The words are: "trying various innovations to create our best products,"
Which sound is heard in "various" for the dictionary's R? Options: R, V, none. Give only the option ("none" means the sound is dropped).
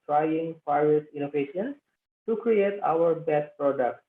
none